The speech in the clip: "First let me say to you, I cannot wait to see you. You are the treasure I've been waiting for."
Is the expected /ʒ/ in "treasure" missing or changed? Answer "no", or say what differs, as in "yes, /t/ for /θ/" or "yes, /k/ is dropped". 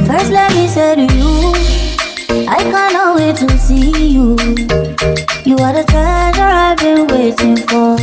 yes, /z/ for /ʒ/